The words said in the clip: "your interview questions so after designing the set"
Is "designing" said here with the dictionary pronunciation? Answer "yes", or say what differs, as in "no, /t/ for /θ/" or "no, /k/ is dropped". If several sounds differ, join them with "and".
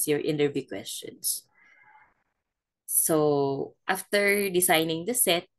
no, /s/ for /z/